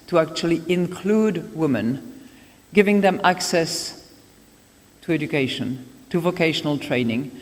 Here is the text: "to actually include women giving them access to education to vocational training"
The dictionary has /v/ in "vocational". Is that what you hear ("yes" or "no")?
yes